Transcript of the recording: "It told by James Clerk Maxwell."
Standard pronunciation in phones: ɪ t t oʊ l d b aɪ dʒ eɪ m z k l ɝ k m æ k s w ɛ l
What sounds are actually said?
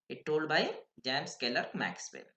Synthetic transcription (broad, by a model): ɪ t t oʊ l d b aɪ dʒ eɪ m s k l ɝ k m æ k s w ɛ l